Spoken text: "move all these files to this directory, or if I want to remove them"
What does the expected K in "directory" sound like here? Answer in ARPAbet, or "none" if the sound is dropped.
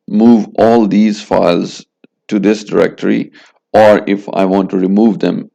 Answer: K